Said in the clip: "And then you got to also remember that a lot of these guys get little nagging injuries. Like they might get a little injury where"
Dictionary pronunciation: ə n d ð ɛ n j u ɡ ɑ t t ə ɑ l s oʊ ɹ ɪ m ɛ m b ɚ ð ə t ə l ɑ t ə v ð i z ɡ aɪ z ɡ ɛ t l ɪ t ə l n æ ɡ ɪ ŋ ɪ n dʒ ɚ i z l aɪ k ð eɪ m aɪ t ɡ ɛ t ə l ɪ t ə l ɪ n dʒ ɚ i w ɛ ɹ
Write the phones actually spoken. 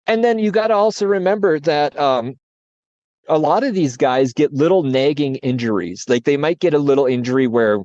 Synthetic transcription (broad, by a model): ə n ð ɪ n j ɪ ɡ ɑ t t ə ɑ l s oʊ ɹ ɪ m ɛ m b ɚ ð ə t ə l ɑ t ə v ð i z ɡ aɪ z ɡ ɛ t l ɪ t l n æ ɡ ɪ ŋ ɪ n dʒ ɚ i z l aɪ k ð eɪ m aɪ t ɡ ɛ t ə l ɪ t l ɪ n dʒ ɚ i w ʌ ɹ